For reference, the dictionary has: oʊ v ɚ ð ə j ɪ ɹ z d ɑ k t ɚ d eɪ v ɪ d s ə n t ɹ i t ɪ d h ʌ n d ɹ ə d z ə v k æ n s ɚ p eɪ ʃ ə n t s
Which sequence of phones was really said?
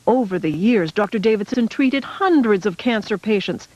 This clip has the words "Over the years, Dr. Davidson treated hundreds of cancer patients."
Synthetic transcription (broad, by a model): oʊ v ɚ ð ə j ɪ ɹ z d ɑ k t ɚ d eɪ v ɪ d s ə n t ɹ i t ɪ d h ʌ n d ɹ ə d z ə v k æ n s ɚ p eɪ ʃ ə n t s